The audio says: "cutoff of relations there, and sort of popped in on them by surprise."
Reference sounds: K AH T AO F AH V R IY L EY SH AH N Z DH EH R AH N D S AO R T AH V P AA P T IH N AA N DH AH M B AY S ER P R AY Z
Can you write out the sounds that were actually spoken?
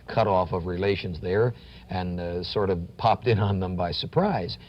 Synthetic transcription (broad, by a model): K AH T AO F AH V R IY L EY SH AH N Z DH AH R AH N S AO R T AH V P AA P T IH N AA N DH AH M B AY S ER P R AY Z